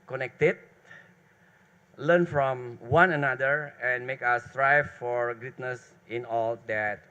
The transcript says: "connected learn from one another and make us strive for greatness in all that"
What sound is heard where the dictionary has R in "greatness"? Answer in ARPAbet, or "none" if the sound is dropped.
none